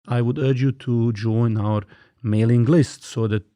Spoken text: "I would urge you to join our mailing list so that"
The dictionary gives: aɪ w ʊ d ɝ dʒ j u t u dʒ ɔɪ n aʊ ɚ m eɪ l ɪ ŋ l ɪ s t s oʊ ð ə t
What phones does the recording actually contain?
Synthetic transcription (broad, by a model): aɪ w ʊ d ɝ dʒ j u t u dʒ ɔɪ n aʊ ɚ m eɪ l ɪ ŋ l ɪ s t s oʊ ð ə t